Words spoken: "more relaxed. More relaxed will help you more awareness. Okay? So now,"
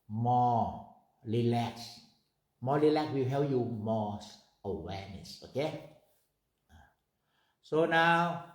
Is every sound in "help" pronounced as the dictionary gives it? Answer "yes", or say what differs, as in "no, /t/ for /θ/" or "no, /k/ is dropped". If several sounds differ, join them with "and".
no, /l/ is dropped